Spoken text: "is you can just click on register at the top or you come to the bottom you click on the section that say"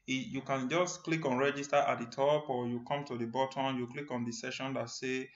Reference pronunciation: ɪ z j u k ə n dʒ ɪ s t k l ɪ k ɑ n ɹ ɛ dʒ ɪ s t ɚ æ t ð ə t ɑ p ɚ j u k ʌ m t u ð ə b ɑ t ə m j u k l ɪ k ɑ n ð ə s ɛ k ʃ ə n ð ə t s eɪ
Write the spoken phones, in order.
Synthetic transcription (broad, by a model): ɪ j u k ə n dʒ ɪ s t k l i k ɑ n ɹ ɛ dʒ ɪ s t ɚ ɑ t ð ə t ɑ p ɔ j u k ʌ m t u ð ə b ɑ t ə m j u k l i k ɑ n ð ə s ɛ ʃ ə n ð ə t s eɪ